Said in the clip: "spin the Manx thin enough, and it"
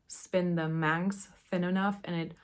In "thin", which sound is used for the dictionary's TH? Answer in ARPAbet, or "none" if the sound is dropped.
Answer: TH